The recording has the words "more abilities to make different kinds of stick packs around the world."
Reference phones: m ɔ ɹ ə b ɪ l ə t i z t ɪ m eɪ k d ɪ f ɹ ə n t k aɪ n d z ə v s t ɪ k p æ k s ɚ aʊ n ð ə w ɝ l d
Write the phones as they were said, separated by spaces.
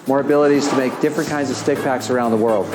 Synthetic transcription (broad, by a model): m ɔ ɹ ə b ɪ l ə t i z t ɪ m eɪ k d ɪ f ɹ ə n k aɪ n d z ə v s t ɪ k p æ k s ɚ aʊ n ð ə w ɝ l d